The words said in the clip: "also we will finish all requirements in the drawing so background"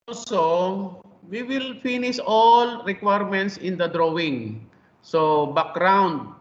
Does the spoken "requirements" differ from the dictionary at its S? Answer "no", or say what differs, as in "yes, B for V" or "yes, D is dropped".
no